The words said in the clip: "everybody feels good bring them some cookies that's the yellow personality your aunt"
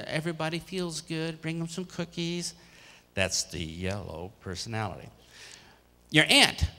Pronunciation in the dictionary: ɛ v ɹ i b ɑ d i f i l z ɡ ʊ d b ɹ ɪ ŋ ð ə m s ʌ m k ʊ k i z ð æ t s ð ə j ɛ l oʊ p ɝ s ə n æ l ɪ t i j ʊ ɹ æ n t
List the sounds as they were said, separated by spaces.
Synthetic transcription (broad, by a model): ɛ v ɹ i b ɑ d i f i l z ɡ ʊ d b ɹ ɪ ŋ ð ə m s ʌ m k ʊ k i z ð æ t s ð ə j ɛ l oʊ p ɝ s ə n æ l ɪ t i j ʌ ɹ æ n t